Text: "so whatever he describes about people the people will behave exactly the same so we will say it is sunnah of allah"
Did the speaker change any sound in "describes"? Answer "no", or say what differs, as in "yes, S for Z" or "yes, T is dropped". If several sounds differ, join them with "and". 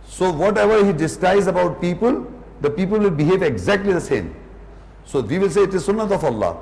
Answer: yes, R is dropped and B is dropped